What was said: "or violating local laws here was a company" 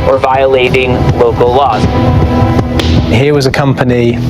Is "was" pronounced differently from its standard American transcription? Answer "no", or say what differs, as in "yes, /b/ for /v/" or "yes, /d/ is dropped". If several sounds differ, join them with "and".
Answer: no